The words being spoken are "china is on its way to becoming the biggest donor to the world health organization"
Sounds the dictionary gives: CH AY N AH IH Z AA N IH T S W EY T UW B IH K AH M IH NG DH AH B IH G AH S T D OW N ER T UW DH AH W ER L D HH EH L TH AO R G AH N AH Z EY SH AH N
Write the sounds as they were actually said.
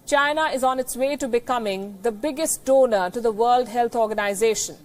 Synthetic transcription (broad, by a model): CH AY N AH IH Z AA N IH T S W EY T UW B IH K AH M IH NG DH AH B IH G AH S T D OW N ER T UW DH AH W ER L D HH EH L T AO R G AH N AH Z EY SH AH N